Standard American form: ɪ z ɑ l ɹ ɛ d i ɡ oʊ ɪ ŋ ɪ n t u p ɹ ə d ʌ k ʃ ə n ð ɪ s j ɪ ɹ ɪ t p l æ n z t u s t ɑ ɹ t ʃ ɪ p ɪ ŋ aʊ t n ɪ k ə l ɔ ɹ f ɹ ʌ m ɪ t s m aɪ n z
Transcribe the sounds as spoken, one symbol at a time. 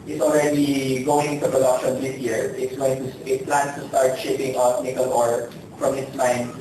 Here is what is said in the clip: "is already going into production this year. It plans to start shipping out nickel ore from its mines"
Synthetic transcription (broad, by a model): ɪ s ɑ l ɹ ɛ d i ɡ oʊ ɪ ŋ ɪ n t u p ɹ ə d ʌ k ʃ ə n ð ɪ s j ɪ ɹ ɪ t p l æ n t u s t ɑ ɹ t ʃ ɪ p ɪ ŋ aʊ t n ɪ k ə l ɔ ɹ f ɹ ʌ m ɪ t s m aɪ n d